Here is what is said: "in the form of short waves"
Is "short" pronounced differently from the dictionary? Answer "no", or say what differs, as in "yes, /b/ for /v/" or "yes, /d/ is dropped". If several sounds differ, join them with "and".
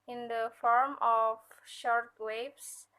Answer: no